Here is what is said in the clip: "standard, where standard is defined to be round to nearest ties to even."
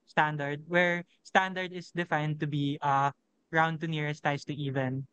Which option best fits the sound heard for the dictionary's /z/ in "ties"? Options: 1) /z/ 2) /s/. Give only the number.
2